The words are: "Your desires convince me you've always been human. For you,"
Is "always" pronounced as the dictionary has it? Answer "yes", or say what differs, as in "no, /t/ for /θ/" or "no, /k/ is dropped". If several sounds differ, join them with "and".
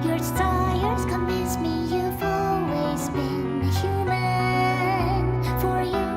yes